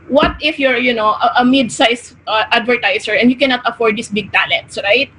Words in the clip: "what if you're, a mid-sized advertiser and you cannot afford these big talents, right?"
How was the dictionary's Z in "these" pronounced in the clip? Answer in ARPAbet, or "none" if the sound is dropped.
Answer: S